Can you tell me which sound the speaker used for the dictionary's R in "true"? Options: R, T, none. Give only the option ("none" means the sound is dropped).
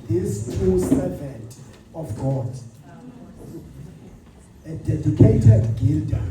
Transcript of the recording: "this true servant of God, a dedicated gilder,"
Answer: none